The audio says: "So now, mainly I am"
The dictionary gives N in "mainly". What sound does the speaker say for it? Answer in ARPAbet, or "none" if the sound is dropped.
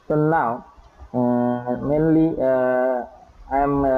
N